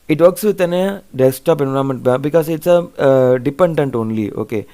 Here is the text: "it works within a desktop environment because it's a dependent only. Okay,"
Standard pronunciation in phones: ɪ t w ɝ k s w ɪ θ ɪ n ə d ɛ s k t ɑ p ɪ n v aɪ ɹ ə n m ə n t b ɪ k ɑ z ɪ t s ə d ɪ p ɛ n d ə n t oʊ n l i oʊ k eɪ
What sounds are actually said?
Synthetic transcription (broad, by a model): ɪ t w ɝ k s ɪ t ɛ n ə d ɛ s t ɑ p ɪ n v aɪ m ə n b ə b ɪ k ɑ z ɪ t s ə d ɪ p ɛ n d ə n t oʊ n l i oʊ k eɪ